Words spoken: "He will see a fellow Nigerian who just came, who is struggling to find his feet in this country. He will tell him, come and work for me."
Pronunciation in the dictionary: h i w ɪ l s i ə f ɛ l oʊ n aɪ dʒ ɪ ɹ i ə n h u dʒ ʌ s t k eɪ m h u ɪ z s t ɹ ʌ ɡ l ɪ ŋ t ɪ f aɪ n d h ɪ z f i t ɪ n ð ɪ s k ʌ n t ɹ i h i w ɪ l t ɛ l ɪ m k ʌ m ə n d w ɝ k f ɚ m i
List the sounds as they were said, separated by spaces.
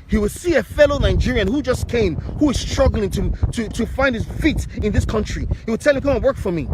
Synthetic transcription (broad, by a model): h i w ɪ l s i ə f ɛ l oʊ n aɪ dʒ ɪ ɹ i ə n h u dʒ ʌ s k eɪ m h u ɪ z s t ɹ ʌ ɡ l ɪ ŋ t ɪ f aɪ n d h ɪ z f i t ɪ n ð ɪ s k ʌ n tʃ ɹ i h i w ɪ l t ɛ l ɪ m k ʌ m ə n w ɝ k f ɚ m i